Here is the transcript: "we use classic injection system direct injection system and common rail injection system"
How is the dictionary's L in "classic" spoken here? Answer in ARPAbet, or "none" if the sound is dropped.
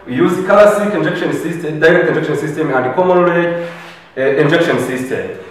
none